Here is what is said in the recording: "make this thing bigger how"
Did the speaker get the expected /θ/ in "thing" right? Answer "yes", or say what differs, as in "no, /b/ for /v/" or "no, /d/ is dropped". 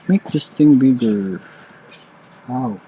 no, /t/ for /θ/